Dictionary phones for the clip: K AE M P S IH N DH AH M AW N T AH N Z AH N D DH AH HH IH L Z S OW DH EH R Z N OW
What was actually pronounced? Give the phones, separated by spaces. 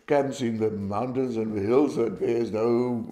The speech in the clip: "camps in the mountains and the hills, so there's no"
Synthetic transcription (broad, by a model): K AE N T S IH N DH AH M AW N T AH N Z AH N DH AH HH IH L Z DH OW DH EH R Z N OW